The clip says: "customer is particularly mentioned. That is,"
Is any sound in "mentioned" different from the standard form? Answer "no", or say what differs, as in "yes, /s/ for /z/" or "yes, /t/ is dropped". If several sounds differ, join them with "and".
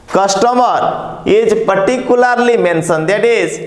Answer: yes, /s/ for /ʃ/